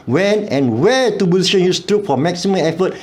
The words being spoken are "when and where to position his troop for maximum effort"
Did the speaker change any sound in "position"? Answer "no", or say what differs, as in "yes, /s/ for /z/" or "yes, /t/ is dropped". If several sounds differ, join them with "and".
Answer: yes, /b/ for /p/